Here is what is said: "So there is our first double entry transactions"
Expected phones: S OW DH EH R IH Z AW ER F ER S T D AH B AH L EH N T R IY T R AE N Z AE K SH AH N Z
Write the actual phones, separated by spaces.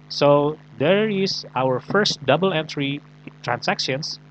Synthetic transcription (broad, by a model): S OW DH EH R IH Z AW ER F ER S T D AH B AH L EH N T R IY T R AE N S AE K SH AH N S